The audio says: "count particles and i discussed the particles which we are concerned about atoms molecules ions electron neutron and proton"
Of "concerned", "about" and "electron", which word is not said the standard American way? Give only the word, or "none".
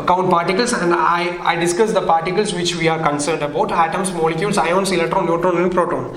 electron